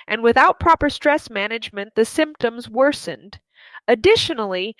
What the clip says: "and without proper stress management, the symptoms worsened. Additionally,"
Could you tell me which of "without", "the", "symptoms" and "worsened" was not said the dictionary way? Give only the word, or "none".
none